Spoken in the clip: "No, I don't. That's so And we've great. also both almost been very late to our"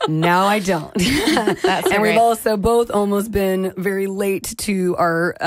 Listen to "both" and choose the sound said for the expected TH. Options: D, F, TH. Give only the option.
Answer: TH